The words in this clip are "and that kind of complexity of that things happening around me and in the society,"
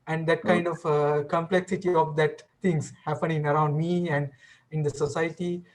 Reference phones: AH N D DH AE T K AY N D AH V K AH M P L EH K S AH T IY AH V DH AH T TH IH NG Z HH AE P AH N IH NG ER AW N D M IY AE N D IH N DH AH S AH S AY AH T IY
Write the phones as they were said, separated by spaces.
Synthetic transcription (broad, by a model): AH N D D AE T K AY N D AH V K AH M P L EH K S AH T IY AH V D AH T T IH NG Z HH AE P AH N IH NG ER AW N D M IY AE N D IH N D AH S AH S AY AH T IY